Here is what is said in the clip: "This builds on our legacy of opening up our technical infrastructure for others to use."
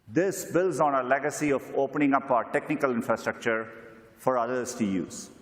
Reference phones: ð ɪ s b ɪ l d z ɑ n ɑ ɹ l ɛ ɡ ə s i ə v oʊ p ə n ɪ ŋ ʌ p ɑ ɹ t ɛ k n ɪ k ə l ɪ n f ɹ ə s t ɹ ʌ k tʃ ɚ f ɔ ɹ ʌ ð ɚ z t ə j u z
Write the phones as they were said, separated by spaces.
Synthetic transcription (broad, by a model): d ɪ s b ɪ l d z ɑ n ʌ l ɛ ɡ ə s i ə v oʊ p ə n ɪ ŋ ʌ p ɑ t ɛ k n ɪ k ə l ɪ n f ɹ ə s t ɹ ʌ k tʃ ɚ f ɔ ɹ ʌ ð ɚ s t ə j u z